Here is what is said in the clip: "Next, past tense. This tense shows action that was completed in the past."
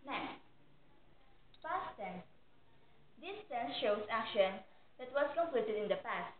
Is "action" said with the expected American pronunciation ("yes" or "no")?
yes